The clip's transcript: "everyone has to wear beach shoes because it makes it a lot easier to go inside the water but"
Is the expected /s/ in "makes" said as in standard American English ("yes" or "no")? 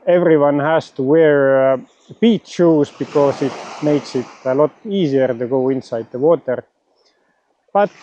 yes